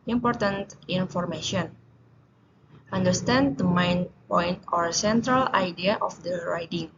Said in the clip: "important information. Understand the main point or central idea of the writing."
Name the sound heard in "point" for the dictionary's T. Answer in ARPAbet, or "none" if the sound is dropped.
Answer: T